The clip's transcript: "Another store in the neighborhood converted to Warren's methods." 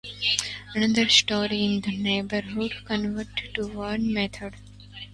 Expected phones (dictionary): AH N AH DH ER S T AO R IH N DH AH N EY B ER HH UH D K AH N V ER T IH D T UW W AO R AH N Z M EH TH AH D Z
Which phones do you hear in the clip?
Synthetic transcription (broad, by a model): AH N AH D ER S T AO R IH N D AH N EY B ER HH UH D K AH N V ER T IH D T UW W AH N M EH T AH D